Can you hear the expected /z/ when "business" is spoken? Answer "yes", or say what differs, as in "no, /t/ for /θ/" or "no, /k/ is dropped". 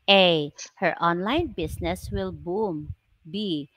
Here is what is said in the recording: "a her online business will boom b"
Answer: no, /s/ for /z/